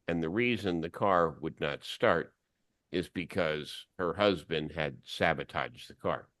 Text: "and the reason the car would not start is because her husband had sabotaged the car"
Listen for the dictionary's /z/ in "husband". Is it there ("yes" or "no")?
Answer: yes